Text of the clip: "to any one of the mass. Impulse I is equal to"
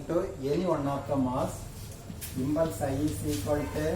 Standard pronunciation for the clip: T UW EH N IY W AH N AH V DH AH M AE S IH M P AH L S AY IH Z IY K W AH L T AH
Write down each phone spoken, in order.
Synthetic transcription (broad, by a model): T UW EH N IY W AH N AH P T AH M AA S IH M B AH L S AY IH S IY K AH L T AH